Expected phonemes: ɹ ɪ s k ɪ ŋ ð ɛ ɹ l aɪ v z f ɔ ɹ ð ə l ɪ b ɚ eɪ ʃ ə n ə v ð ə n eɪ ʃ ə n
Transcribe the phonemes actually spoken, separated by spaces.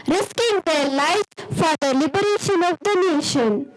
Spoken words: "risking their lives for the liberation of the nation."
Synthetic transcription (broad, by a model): ɹ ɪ s k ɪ ŋ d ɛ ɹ l aɪ z f ɔ ɹ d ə l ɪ b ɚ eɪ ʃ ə n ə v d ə n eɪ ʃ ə n